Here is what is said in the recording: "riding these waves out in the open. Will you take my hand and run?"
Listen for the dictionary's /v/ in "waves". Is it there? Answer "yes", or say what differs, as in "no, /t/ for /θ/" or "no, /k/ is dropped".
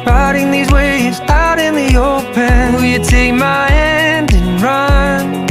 no, /v/ is dropped